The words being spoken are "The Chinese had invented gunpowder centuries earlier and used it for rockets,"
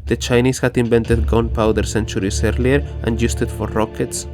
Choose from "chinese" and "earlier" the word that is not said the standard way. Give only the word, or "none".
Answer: chinese